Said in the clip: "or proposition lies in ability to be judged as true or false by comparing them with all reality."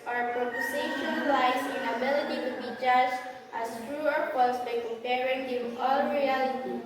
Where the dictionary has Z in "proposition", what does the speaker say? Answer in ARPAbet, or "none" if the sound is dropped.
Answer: S